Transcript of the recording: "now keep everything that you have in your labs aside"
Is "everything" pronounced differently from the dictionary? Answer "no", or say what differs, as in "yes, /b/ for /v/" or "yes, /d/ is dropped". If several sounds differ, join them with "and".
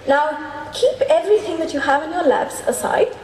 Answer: no